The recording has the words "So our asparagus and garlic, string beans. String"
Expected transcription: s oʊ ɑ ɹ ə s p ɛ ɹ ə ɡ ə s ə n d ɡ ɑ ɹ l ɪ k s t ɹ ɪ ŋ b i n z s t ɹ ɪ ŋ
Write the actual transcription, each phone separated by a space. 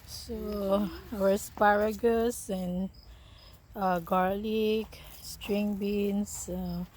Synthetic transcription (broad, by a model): s oʊ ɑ w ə s p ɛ ɹ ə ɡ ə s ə n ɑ ɡ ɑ ɹ l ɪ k s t ɹ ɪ ŋ b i n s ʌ